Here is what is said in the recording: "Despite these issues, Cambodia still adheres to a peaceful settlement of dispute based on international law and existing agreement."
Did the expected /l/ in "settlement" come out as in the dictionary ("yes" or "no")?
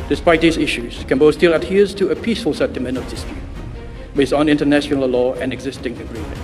no